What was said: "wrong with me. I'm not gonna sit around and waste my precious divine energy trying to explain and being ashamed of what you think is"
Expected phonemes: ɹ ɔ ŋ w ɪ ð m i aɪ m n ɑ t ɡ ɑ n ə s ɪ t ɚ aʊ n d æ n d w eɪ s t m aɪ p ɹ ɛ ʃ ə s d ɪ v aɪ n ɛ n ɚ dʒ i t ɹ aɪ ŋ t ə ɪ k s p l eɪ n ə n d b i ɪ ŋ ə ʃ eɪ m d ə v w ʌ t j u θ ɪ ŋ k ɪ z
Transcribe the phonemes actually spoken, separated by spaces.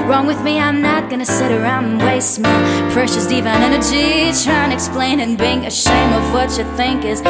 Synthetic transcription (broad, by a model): ɹ ɔ ŋ w ɪ ð m i aɪ m n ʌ t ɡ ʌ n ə s ɪ t ɚ aʊ n d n w eɪ s m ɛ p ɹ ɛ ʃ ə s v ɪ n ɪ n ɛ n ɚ dʒ i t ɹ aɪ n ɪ k s p l eɪ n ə n b i ɪ ŋ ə ʃ eɪ m ə v w ʌ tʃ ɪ θ ɪ ŋ k ɪ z